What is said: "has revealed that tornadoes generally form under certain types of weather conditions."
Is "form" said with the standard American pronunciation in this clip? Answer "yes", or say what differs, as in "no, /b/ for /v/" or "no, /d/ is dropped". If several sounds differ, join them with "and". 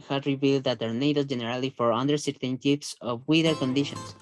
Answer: no, /m/ is dropped